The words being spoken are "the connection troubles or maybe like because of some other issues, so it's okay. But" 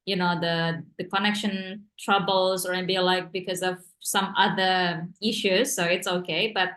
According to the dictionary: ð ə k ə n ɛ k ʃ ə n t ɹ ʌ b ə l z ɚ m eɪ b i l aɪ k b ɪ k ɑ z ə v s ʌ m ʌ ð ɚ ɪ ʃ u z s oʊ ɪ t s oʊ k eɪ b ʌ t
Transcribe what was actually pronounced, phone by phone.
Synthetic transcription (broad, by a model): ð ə k ə n ɛ k ʃ ə n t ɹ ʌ b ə l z ɚ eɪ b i l aɪ k b ɪ k ɑ z ə v s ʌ m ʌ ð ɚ ɪ ʃ u z s oʊ ɪ t s oʊ k eɪ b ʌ t